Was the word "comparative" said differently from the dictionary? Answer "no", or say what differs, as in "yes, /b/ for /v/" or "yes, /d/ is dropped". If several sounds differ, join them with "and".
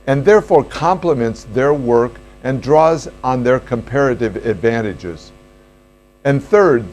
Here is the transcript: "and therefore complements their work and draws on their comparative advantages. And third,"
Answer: no